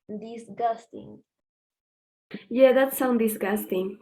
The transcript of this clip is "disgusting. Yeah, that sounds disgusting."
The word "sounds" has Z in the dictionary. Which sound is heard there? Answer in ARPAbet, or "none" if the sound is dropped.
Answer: none